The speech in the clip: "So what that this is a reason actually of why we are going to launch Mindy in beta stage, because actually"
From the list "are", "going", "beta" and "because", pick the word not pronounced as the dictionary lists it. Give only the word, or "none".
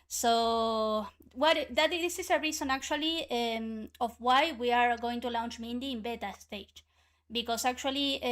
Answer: because